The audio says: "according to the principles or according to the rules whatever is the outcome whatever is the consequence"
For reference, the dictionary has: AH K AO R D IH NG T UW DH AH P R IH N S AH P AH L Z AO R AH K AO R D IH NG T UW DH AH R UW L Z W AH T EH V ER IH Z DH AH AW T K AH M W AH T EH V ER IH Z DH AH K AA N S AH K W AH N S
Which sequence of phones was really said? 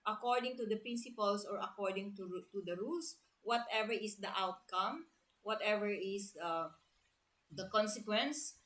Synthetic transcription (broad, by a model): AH K AO R D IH NG T UW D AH P R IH N S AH P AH L S AO R AH K AO R D IH NG T UW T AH R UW L S W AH T EH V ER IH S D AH AW T K AH M W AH T EH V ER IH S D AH K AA N S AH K W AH N S